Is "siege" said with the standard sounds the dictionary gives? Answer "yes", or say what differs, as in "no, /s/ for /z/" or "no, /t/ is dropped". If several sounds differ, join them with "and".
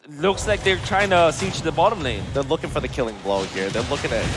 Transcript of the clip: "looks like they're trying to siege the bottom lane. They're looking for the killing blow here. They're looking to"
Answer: no, /tʃ/ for /dʒ/